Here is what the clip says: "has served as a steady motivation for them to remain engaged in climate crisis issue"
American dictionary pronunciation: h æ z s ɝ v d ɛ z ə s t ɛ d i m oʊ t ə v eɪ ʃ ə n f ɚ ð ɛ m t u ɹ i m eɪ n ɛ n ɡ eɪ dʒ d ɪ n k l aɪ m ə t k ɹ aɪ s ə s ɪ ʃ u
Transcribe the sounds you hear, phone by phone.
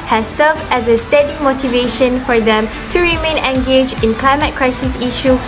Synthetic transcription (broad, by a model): h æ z s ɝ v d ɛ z ə s t ɛ d i m oʊ t ə v eɪ ʃ ə n f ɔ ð ɛ m t u ɹ i m eɪ n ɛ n ɡ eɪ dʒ ɪ n k l aɪ m ə t k ɹ aɪ s ə s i ʃ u